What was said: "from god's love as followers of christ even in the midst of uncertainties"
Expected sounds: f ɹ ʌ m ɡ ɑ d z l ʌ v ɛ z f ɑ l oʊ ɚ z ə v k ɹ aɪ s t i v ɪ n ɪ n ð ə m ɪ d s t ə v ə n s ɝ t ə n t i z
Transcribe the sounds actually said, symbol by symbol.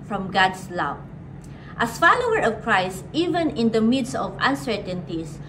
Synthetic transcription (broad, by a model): f ɹ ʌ m ɡ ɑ d s l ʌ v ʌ s f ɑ l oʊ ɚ ə v k ɹ aɪ s t i v ɪ n ɪ n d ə m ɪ d s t ə v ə n s ɝ t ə n t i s